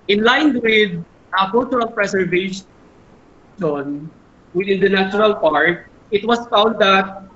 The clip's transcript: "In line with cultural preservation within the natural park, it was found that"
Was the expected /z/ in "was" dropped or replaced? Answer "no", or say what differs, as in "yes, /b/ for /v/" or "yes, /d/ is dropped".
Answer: yes, /s/ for /z/